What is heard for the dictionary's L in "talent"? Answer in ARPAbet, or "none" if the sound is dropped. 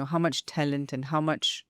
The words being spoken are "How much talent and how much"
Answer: L